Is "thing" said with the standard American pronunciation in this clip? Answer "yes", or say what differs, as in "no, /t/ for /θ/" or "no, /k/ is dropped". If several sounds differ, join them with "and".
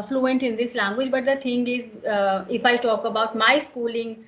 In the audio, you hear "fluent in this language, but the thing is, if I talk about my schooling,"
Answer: no, /t/ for /θ/